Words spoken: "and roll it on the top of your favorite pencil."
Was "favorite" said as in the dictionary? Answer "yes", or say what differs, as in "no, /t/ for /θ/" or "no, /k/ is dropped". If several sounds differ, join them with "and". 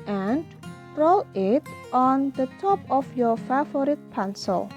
no, /v/ is dropped